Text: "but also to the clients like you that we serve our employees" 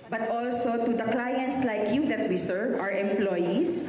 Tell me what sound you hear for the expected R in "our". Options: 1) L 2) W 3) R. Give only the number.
3